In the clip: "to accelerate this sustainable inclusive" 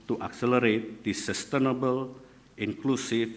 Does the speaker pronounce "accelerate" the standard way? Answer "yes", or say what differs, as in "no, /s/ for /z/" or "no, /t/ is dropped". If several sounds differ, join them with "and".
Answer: yes